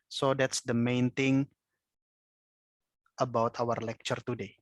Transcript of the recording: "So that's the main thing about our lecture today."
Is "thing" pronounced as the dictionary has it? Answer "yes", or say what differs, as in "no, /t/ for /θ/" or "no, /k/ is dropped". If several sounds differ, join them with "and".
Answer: no, /t/ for /θ/